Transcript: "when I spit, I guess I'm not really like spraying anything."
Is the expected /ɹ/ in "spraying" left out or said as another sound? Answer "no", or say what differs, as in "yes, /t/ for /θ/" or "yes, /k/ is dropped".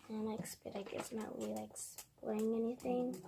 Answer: yes, /l/ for /ɹ/